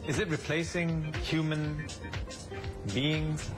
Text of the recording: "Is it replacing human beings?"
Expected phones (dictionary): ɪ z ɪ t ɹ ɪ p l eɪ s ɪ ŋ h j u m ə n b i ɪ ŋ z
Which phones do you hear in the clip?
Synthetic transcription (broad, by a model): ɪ z ɪ t ɹ ɪ p l eɪ s ɪ ŋ h j u m ə n b i ɪ ŋ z